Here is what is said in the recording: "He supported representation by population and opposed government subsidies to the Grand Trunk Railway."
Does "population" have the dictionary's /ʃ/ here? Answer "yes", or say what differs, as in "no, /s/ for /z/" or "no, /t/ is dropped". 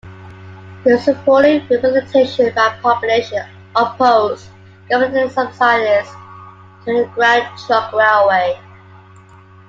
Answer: no, /ʃ/ is dropped